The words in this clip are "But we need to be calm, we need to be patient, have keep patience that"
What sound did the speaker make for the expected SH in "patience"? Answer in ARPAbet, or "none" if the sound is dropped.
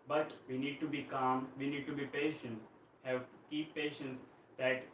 SH